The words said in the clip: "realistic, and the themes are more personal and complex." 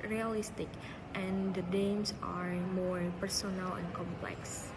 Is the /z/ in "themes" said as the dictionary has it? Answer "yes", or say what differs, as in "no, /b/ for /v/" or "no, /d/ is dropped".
no, /s/ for /z/